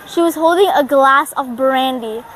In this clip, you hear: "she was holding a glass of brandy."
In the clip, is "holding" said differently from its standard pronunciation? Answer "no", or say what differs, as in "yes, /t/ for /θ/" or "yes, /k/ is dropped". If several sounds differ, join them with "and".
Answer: no